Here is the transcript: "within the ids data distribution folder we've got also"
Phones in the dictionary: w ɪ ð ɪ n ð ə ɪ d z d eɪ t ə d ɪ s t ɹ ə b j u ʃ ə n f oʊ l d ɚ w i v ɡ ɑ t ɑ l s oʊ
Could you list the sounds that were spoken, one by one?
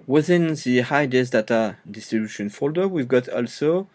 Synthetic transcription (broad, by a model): w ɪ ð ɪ n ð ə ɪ d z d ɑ t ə d ɪ s t ɹ ə b j u ʃ ə n f oʊ l d ɚ w i v ɡ ɑ t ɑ l s oʊ